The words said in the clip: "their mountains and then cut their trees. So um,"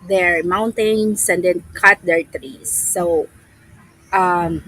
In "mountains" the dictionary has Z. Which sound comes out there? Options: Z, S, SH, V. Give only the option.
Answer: S